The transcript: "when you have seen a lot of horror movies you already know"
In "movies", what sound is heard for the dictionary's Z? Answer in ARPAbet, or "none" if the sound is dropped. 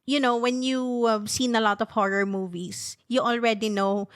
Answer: S